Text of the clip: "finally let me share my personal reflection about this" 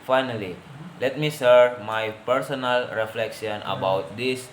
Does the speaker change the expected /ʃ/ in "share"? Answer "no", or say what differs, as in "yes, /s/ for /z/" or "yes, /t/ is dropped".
yes, /s/ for /ʃ/